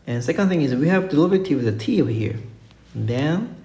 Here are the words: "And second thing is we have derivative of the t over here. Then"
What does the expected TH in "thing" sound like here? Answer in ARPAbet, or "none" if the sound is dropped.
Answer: TH